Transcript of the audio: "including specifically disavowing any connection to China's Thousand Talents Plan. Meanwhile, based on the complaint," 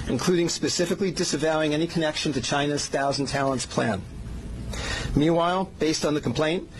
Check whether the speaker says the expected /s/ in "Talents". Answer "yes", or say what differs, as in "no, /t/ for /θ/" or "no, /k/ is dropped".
yes